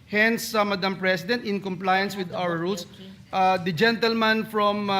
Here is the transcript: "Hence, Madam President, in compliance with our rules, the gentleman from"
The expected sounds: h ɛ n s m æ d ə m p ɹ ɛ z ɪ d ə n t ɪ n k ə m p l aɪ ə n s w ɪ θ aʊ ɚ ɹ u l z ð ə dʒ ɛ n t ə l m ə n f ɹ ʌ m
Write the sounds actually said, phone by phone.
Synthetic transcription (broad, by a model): h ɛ n s m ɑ d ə m p ɹ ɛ s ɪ d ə n t ɪ n k ə m p l aɪ ə n s w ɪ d aʊ ɚ ɹ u l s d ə dʒ ɛ n t ə l m ə n f ɹ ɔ m